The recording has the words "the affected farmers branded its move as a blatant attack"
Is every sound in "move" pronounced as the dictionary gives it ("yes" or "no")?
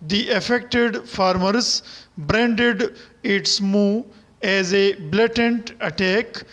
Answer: no